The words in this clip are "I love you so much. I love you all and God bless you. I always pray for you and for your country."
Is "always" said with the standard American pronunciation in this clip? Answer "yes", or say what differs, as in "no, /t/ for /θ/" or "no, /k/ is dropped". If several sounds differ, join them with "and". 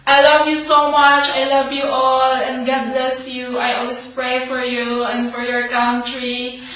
no, /s/ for /z/